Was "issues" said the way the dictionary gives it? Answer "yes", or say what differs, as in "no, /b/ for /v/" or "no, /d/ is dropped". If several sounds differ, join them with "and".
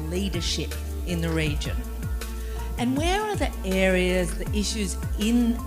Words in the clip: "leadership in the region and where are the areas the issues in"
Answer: yes